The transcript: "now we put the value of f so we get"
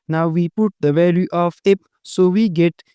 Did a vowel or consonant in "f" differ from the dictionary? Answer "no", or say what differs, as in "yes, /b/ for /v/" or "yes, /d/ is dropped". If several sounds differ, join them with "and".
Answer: yes, /p/ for /f/